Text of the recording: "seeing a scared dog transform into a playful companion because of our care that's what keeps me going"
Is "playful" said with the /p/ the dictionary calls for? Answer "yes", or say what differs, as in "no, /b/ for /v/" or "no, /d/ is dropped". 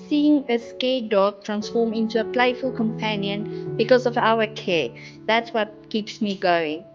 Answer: yes